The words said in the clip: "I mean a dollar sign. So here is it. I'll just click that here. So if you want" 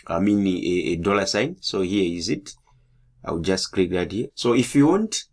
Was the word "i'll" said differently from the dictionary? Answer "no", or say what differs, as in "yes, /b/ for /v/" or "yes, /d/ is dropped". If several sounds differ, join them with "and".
yes, /w/ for /l/